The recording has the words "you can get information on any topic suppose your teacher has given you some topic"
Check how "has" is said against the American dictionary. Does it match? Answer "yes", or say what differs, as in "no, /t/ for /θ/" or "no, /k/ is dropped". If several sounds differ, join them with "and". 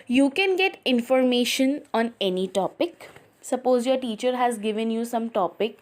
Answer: yes